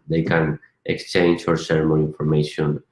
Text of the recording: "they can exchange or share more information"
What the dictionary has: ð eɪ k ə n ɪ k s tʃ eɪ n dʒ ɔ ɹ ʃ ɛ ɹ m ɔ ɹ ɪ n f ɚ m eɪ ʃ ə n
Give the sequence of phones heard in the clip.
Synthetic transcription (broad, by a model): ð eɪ k ə n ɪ k s tʃ eɪ n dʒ ɔ ɹ s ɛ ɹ m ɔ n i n f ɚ m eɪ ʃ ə n